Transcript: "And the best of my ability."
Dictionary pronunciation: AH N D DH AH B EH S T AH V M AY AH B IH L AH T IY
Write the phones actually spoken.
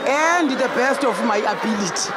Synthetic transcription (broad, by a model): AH N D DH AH B EH S T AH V M AY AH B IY L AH T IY